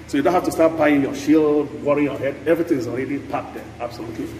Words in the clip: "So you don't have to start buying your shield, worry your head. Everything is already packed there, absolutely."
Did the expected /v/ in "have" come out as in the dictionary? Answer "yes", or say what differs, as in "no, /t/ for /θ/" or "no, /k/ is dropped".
no, /f/ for /v/